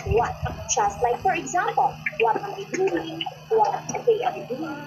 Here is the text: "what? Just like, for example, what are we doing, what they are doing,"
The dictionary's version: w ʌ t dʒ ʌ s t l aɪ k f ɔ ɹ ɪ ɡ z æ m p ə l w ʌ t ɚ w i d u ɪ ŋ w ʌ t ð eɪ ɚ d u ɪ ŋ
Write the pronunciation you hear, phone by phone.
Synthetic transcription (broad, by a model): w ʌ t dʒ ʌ s t l aɪ k f ɔ ɹ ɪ ɡ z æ m p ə l w ʌ t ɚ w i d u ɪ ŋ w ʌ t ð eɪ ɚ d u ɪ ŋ